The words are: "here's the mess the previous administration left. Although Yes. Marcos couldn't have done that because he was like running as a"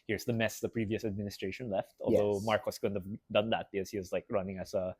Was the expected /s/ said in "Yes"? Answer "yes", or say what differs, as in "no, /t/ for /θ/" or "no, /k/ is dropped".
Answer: no, /s/ is dropped